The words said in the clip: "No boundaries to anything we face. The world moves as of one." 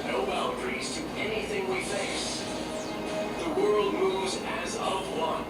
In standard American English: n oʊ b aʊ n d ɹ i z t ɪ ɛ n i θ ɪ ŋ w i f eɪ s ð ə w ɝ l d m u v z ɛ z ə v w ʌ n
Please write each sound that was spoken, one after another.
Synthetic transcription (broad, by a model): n oʊ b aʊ l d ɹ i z t ɪ ɛ n i θ ɪ ŋ w i f eɪ s ð ə w ɝ l d m u v z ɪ z ə v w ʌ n